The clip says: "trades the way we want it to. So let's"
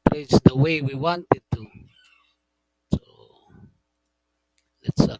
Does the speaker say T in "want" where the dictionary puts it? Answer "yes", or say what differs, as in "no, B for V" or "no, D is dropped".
yes